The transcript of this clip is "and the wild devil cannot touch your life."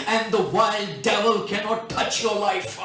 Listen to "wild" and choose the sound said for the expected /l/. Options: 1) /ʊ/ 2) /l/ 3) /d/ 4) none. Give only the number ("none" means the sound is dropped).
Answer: 2